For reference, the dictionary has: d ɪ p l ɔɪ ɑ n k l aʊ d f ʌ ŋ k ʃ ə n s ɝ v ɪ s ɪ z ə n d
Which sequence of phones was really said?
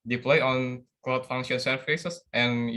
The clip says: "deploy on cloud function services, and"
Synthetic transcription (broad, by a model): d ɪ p l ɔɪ ɑ n k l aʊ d f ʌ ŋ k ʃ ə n s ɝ f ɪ s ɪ s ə n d